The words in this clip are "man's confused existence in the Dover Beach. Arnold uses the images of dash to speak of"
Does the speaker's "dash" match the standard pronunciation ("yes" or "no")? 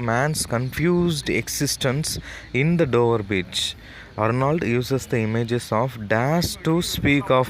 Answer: no